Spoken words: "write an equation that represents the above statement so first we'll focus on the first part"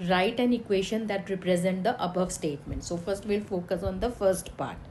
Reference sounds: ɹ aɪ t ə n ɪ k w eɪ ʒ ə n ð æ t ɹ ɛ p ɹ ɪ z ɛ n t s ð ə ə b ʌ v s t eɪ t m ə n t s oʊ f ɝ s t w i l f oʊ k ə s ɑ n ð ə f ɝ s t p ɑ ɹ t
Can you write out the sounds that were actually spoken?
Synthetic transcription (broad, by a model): ɹ aɪ t ə n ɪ k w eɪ ʃ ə n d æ t ɹ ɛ p ɹ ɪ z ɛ n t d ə ə b ʌ v s t eɪ t m ə n t s oʊ f ɝ s t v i l f oʊ k ə s ɑ n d ə f ɝ s t p ɑ ɹ t